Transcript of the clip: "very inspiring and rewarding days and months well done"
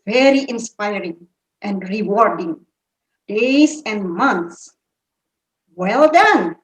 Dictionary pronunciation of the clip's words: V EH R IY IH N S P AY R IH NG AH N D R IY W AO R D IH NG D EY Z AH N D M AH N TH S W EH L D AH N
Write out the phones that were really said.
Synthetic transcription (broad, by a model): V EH R IY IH N S P AY R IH NG AH N D R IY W AO R D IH NG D EY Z AH N D M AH N T S W EH L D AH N